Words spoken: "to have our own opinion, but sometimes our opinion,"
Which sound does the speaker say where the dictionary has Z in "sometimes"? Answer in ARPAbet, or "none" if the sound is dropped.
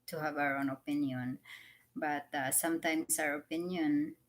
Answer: S